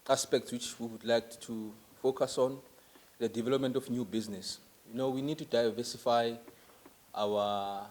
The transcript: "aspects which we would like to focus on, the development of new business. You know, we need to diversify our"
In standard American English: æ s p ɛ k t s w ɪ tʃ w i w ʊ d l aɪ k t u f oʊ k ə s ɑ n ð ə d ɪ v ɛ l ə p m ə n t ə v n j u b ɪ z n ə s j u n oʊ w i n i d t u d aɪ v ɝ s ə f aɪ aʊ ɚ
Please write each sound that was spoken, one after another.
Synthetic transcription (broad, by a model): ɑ s p ɛ k t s w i tʃ w i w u d l aɪ k t u f oʊ k ə s ɑ n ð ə d ɪ v ɛ l ə p m ə n t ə f n j u b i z n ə s j u n oʊ w i n i d t u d aɪ v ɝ s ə f aɪ aʊ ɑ